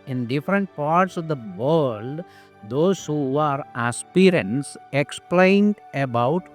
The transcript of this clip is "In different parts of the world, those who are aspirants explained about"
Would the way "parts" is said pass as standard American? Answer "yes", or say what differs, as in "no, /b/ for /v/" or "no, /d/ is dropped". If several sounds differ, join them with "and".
yes